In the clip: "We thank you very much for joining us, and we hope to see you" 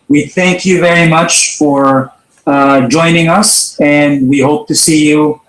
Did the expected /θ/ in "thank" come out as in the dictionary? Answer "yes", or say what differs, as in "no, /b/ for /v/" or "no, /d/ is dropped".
yes